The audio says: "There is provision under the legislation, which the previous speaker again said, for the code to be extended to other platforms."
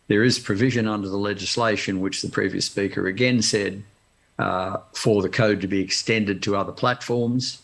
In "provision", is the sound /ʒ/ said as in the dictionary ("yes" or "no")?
yes